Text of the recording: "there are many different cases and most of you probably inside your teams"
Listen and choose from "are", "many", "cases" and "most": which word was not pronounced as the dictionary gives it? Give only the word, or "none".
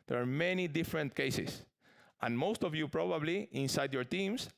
cases